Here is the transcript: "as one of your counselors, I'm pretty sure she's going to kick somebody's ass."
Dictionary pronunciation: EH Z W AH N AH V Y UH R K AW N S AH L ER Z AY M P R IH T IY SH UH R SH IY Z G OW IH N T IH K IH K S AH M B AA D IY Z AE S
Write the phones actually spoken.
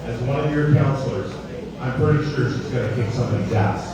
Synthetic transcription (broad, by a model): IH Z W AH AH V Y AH R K AW N S L ER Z AY M P R IH T IY SH UH R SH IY S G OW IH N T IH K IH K S AH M IH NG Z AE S